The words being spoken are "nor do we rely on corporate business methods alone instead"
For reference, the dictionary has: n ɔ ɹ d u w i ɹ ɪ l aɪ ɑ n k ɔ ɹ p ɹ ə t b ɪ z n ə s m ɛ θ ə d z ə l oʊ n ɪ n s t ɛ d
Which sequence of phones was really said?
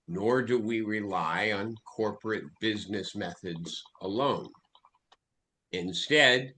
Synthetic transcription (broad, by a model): n ɔ ɹ d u w i ɹ ɪ l aɪ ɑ n k ɔ ɹ p ɹ ə t b ɪ z n ə s m ɛ θ ə d z ə l oʊ n ɪ n s t ɛ d